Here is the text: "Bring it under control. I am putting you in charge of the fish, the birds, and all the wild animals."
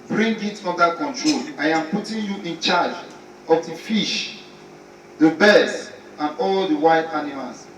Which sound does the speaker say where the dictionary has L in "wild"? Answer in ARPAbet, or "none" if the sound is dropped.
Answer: none